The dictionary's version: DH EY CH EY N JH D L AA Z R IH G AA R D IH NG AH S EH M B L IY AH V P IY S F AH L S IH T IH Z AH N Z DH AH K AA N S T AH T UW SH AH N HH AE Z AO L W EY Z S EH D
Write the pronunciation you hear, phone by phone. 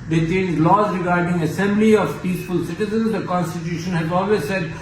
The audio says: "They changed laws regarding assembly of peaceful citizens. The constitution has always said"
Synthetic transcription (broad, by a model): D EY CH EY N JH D L AA Z R IH G AA R D IH NG AH S EH M B L IY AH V P IY S F AH L S IH T IH Z AH N Z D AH K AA N S T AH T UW SH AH N HH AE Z AO L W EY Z S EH D